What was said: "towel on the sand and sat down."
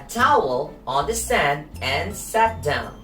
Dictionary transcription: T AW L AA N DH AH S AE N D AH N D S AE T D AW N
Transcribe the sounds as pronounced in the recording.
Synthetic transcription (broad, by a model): T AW L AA N DH AH S AE N D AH N S AE T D AW N